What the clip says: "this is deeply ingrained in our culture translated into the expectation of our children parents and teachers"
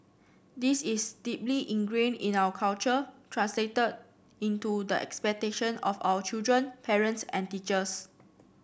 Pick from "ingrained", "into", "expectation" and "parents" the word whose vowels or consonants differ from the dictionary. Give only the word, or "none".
ingrained